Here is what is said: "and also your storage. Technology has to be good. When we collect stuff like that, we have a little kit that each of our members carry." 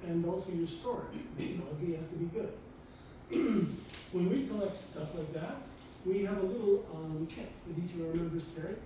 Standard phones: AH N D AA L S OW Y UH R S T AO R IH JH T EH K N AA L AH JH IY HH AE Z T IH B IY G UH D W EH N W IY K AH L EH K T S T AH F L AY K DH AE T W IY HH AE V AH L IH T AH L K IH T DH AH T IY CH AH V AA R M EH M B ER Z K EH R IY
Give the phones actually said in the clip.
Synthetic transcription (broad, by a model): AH N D AA L S OW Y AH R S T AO R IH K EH N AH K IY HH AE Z T IH B IY G UH D W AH N W IY K AH L EH K T S T AH F L AY K DH AE T W IY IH V AH L IH T L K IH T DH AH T IY CH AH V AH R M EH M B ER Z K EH R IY